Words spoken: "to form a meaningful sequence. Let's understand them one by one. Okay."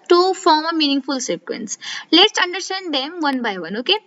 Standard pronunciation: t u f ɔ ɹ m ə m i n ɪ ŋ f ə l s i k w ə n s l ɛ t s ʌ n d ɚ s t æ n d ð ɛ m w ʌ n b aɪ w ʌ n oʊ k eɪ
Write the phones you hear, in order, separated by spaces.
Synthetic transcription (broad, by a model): t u f ɔ ɹ m ə m i n ɪ ŋ f ə l s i k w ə n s l ɛ t s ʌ n d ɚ s t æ n d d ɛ m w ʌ n b aɪ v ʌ n oʊ k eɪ